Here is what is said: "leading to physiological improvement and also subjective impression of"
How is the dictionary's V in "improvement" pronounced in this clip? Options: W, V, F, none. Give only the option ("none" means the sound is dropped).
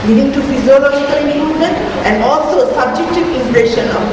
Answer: none